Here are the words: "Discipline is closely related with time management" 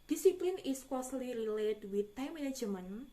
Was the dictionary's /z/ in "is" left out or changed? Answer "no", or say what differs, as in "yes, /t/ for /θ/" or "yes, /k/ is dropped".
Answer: yes, /s/ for /z/